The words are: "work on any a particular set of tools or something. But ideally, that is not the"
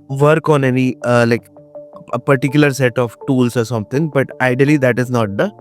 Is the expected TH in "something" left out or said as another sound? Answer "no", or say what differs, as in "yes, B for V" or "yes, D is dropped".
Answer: yes, T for TH